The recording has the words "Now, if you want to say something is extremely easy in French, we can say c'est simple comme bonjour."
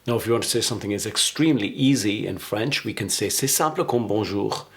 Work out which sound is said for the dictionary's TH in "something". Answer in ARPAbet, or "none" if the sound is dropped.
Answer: TH